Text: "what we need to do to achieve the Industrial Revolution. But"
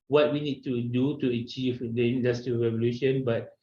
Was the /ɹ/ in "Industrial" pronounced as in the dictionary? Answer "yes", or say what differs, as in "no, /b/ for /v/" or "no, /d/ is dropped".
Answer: no, /ɹ/ is dropped